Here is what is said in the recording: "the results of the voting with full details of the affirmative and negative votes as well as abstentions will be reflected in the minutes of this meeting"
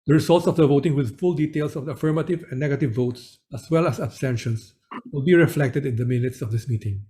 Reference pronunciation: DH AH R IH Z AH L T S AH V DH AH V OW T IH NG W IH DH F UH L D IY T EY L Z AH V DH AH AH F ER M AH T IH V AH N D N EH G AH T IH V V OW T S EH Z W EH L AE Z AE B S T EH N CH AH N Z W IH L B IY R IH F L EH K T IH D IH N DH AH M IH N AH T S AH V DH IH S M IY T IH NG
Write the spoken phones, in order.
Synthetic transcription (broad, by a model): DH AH R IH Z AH L T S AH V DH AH V OW T IH NG W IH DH F UH L D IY T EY L S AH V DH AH AH F ER M AH T IH V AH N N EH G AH T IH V V OW T S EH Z W EH L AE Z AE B S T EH N SH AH N S W IH L B IY R IH F L EH K T IH D IH N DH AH M IH N AH T S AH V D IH S M IY T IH NG